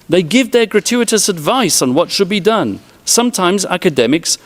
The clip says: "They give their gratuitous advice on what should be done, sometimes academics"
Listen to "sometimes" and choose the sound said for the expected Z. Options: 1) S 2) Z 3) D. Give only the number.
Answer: 2